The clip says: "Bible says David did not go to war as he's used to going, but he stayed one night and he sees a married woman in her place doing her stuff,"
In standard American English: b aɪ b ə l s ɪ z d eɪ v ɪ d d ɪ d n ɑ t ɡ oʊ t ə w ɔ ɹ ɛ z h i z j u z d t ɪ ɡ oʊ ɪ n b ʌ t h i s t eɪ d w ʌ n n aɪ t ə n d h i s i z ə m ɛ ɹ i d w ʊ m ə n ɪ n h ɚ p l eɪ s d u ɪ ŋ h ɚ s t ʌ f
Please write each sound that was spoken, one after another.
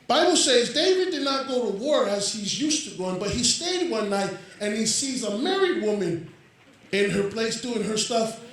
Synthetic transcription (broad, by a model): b aɪ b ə l s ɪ z d eɪ v ɪ d d ɪ d n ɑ t ɡ oʊ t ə w ɔ ɹ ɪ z h i z j u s t ɪ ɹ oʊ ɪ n b ʌ t h i s t eɪ d w ʌ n n aɪ t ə n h i s i z ə m ɛ ɹ i d w ʊ m ə n ɪ n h ɚ p l eɪ s d u ɪ ŋ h ɚ s t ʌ f